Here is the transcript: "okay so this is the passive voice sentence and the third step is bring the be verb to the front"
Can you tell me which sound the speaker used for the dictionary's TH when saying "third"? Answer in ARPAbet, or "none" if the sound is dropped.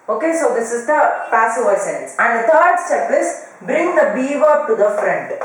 T